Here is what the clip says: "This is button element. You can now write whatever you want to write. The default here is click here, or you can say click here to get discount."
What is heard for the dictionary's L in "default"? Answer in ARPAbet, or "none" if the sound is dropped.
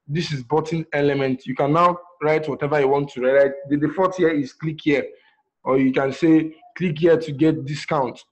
none